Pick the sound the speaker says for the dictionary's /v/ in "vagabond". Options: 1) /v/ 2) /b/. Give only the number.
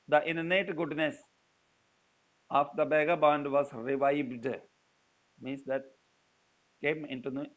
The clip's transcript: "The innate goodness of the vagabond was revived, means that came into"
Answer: 2